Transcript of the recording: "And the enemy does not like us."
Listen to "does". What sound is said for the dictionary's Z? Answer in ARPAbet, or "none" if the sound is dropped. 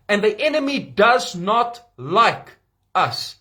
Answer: Z